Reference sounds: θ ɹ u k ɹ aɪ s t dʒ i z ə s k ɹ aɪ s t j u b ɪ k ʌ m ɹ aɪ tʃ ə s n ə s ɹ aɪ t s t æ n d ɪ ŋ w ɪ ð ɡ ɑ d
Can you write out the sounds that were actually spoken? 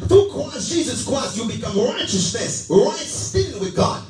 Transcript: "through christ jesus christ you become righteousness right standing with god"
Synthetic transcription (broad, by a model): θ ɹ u k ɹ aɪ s dʒ i z ə s k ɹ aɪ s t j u b ɪ k ʌ m ɹ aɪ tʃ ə s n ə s ɹ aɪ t s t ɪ d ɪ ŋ w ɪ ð ɡ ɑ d